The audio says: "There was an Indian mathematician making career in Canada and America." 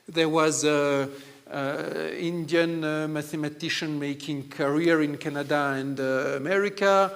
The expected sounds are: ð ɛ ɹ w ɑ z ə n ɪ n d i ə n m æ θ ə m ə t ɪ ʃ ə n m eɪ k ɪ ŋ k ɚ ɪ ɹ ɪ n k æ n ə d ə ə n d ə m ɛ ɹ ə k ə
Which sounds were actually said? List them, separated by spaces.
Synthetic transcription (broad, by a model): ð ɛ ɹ w ɑ z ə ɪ n d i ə n m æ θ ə m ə t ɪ ʃ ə n m eɪ k ɪ ŋ k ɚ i ɹ ɪ n k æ n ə d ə ə n d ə m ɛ ɹ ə k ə